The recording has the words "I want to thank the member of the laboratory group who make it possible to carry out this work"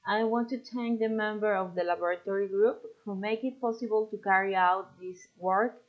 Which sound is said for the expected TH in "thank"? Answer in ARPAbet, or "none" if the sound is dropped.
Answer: T